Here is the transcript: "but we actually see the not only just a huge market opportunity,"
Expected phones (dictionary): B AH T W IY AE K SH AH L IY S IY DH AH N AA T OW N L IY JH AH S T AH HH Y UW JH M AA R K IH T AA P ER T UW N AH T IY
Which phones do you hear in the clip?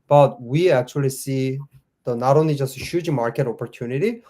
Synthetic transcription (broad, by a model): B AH T W IY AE K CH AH L IY S IY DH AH N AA T OW N L IY JH AH S T AH HH Y UW JH M AA R K IH T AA P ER T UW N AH T IY